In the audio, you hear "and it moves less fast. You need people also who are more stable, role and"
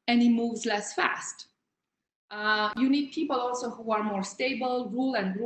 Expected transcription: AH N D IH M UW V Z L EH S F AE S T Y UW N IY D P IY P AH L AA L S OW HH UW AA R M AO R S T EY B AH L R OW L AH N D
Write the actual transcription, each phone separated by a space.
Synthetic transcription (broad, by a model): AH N IH M UW V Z L EH S F AE S T Y UW N IY D P IY P AH L AA L S OW HH UW AA R M AO R S T EY B AH L R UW L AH N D